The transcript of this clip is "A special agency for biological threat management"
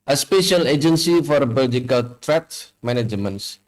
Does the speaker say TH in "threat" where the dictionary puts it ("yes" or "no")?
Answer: no